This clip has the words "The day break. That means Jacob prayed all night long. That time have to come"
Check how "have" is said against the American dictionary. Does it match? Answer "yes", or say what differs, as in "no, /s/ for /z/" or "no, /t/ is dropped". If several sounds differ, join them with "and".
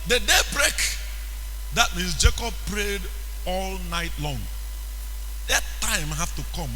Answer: no, /f/ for /v/